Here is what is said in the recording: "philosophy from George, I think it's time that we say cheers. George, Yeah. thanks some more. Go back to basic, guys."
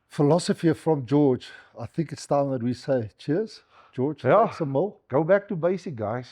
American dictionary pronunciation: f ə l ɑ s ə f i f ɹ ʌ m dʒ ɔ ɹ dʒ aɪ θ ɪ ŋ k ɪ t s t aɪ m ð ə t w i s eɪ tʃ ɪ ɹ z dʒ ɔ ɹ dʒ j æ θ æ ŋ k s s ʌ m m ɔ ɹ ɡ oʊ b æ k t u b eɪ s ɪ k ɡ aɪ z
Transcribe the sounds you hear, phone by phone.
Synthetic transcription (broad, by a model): f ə l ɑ s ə f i f ɹ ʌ m dʒ ɔ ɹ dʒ aɪ θ ɪ ŋ k ɪ t s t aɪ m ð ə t w i s eɪ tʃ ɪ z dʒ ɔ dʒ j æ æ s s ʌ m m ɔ l ɡ oʊ b æ k t u b eɪ s ɪ k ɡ aɪ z